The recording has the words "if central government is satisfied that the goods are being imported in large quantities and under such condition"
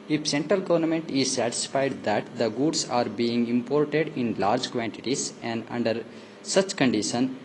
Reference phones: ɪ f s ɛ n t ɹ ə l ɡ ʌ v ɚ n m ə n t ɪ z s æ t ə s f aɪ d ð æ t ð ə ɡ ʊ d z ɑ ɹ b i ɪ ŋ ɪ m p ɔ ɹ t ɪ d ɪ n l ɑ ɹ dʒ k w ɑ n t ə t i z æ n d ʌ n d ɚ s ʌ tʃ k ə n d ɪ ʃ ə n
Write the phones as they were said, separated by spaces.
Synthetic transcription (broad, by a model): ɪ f s ɛ n t ɹ ə l ɡ ʌ v ɚ n m ə n t ɪ z s æ t ə s f aɪ d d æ t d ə ɡ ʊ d s ɑ ɹ b i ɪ ŋ ɪ m p ɔ ɹ t ɪ d ɪ n l ɑ ɹ dʒ k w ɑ n t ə t i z æ n d ʌ n d ɚ s ʌ tʃ k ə n d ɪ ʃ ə n